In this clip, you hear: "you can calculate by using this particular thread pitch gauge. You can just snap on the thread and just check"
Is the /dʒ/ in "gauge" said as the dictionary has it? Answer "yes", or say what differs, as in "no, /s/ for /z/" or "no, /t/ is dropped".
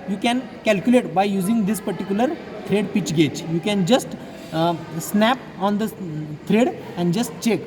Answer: no, /tʃ/ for /dʒ/